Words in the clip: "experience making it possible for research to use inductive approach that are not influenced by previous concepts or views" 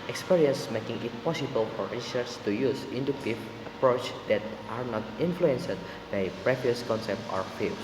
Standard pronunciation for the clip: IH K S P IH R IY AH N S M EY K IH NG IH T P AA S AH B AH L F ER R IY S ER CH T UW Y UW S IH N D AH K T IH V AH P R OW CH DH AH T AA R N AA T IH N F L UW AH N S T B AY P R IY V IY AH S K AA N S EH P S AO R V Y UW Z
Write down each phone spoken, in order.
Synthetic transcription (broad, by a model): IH K S P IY R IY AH N S M EY K IH NG IH T P AA S AH B AH L F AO R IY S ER S T UW Y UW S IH N D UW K T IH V AH P R OW CH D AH T AA R N AA T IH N F L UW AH N S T B AY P R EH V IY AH S K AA N S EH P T AO R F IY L